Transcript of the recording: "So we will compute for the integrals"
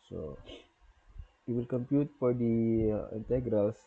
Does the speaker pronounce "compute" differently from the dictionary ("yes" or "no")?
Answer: no